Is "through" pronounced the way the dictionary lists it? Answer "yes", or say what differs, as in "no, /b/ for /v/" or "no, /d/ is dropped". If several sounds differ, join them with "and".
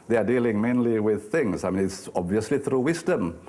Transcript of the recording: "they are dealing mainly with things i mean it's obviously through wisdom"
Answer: yes